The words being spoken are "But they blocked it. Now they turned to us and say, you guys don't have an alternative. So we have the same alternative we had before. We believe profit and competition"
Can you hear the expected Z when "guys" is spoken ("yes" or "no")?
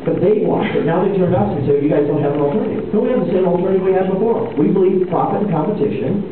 yes